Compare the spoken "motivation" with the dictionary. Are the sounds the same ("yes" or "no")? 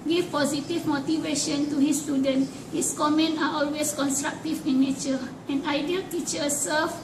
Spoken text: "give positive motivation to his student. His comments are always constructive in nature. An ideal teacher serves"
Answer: yes